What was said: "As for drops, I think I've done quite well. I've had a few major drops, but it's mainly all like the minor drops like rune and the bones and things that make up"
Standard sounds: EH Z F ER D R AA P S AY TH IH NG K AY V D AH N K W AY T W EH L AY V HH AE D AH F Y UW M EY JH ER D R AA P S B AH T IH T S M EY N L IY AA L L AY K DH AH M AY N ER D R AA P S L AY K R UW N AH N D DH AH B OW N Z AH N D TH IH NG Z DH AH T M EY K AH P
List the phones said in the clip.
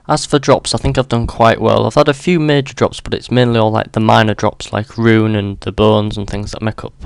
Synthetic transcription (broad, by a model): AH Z F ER D R AA P S AY TH IH NG K AY V D AH N K W AY T W EH L AY V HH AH D AH F Y UW M EY JH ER D R AA P S B AH T IH T S M EY N L IY AA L L AY K DH AH M AY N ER D R AA P S L AY K R UW N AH N DH AH B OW N Z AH N TH IH NG Z DH AH T M EY K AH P